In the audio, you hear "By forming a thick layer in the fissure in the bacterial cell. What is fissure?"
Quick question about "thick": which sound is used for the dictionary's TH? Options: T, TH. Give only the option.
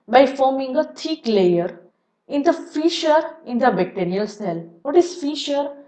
T